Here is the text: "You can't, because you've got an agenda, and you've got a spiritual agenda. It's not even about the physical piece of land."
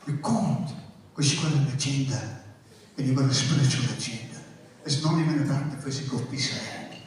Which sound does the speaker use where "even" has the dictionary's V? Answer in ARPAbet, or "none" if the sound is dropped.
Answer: V